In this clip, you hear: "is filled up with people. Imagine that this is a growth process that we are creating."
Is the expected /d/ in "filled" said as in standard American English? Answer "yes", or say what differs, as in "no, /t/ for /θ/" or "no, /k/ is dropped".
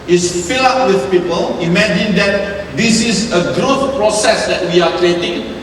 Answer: no, /d/ is dropped